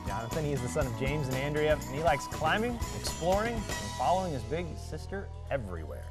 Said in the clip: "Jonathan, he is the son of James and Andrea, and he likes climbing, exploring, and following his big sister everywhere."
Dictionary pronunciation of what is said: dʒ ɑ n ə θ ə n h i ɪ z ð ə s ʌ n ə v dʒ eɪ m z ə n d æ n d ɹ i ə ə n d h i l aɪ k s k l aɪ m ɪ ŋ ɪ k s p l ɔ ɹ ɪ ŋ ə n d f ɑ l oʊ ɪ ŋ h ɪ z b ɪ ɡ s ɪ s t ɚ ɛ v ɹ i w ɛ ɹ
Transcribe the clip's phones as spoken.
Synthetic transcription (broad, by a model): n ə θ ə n h i ɪ z ð ə s ʌ n ə v dʒ eɪ m z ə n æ n d ɹ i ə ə n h i l aɪ k s k l aɪ m ɪ ŋ ɪ k s p l ɔ ɹ ɪ ŋ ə n f ɑ l oʊ ɪ ŋ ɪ z b ɪ ɡ s ɪ s t ɚ ɛ v ɹ i w ɛ ɹ